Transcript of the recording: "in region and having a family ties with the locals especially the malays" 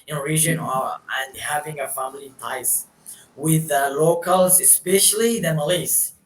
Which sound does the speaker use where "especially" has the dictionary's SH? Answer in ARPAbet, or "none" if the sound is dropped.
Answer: SH